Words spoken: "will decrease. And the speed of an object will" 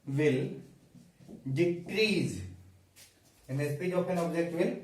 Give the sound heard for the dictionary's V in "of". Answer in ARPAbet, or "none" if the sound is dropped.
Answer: P